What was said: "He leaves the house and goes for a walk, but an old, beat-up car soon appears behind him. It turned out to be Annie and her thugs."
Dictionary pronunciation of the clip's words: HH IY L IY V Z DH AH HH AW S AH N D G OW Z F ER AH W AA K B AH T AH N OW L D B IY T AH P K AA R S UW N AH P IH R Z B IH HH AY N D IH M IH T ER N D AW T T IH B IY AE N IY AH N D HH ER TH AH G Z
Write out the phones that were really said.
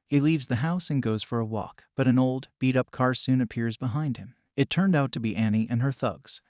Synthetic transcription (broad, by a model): HH IY L IY V Z DH AH HH AW S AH N G OW Z F ER AH W AA K B AH T AH N OW L D B IY T AH P K AA R S UW N AH P IH R Z B IH HH AY N D IH M IH T ER N D AW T T IH B IY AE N IY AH N ER TH AH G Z